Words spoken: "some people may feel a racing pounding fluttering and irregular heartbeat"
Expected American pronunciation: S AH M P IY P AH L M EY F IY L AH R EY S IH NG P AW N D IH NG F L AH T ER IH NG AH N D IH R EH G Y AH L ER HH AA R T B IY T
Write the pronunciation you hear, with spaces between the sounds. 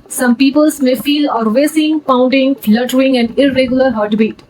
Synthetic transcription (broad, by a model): S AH M P IY P AH L M EY F IY L AH R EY S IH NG P AW N D IH NG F L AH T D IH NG AH N D IH R EH G Y AH L ER HH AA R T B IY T